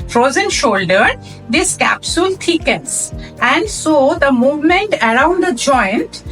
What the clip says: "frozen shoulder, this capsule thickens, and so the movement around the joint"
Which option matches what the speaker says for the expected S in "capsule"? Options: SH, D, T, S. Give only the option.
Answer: S